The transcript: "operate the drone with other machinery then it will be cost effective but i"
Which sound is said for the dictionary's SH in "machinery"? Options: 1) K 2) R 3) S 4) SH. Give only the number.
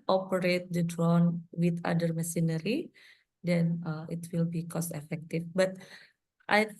3